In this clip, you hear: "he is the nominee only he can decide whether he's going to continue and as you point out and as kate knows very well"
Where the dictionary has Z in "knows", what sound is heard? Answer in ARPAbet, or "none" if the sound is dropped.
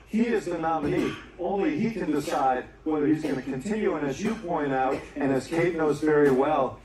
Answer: Z